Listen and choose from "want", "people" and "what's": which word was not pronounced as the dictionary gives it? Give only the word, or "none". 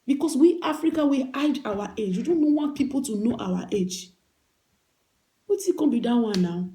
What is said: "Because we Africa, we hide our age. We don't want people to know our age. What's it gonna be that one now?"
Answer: what's